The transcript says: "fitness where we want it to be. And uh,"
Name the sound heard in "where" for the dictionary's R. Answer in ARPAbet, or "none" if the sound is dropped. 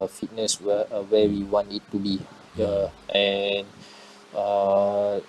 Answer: W